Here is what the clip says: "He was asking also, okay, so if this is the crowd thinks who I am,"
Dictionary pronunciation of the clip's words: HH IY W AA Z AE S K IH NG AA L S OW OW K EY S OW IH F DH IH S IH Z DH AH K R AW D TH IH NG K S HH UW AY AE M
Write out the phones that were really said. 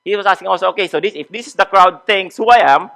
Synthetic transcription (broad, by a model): HH IY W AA S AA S K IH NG AA L S OW OW K EY S OW IH F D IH S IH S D AH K R AW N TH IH NG S HH UW AY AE M